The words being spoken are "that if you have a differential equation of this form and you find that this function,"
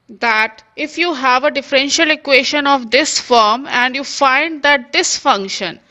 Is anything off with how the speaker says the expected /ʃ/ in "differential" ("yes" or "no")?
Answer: no